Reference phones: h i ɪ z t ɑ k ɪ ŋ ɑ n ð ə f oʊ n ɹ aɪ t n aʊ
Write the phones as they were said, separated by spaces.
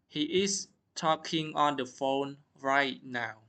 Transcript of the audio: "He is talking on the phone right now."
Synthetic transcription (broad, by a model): h i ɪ s t ɑ k ɪ ŋ ɑ n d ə f oʊ n ɹ aɪ t n aʊ